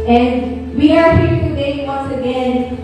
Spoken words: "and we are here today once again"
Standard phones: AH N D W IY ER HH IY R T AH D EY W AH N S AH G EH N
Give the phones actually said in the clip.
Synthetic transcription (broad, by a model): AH N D W IY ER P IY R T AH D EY W AH N S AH G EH N